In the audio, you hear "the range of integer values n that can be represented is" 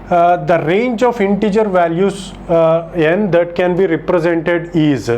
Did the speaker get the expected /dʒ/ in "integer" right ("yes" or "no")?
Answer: yes